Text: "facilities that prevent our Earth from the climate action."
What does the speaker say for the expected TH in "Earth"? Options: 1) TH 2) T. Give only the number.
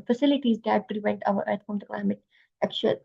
2